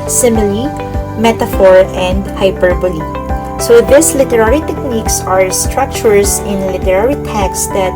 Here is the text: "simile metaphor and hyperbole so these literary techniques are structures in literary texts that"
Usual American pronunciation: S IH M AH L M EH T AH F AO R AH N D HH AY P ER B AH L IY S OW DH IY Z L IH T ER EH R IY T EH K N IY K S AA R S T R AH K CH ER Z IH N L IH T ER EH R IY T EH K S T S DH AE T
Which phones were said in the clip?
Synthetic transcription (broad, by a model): S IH M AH L M EH T AH F AO R AH N D HH AY P ER B AH L IY S OW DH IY S L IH T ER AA R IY T EH K N IY K S AA R S T R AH K CH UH S IH N L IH T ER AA R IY T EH K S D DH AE T